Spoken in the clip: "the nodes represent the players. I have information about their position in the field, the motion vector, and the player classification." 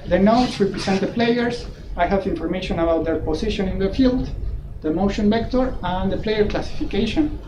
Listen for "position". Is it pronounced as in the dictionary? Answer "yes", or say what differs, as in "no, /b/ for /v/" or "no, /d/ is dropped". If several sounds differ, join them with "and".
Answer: no, /s/ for /z/